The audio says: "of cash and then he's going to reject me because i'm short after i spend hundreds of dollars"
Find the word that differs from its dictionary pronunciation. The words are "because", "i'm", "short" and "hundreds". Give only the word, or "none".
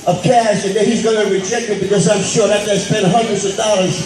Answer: short